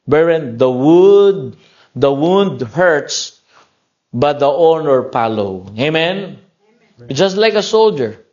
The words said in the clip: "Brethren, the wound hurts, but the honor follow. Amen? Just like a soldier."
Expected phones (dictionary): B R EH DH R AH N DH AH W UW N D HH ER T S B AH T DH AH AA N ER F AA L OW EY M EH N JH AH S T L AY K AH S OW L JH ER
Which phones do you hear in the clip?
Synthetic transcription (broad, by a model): B R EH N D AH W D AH W UW N D HH ER T S B AH T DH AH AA N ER P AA L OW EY M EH N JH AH S T L AY K AH S OW L JH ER